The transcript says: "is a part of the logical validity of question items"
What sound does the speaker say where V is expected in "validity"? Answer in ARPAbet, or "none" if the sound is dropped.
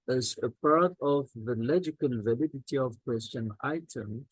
V